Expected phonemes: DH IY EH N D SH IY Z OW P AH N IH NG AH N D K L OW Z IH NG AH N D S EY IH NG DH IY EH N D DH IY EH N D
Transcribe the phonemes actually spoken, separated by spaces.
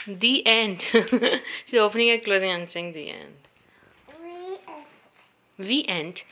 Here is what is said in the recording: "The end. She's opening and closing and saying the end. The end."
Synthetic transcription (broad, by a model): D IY EH N D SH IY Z OW P AH N IH NG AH K L OW Z IH NG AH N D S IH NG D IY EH N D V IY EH N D